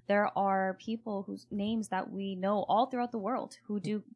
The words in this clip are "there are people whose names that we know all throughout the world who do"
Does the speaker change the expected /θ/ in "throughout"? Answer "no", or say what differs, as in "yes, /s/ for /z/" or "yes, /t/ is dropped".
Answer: no